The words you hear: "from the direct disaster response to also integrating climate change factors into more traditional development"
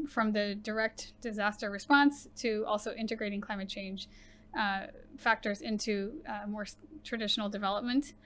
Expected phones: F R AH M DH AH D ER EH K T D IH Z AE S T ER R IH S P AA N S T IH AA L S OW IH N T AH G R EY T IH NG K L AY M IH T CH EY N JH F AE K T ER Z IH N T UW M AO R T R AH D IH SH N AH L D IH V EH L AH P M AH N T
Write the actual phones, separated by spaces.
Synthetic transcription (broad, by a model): F R AH M DH AH D ER EH K T D IH Z AE S T ER R IH S P AA N S T IH AA L S OW IH N T AH G R EY T IH NG K L AY M IH T CH EY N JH F AE K T ER Z IH N T UW M AO R T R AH D IH SH N L D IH V EH L AH P M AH N T